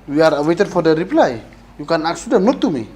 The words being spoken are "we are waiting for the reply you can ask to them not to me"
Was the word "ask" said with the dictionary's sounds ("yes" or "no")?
no